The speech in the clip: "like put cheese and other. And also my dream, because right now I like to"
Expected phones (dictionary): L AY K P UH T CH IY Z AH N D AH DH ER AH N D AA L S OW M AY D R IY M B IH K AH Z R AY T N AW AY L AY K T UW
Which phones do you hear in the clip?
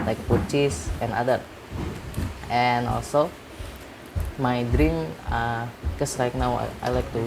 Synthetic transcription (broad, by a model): L AY K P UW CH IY S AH N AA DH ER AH N AA L S OW M AY D R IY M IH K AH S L AY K N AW AY L AY K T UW